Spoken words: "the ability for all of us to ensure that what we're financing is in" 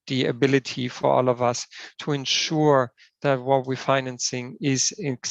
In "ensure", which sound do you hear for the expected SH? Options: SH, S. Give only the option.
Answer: SH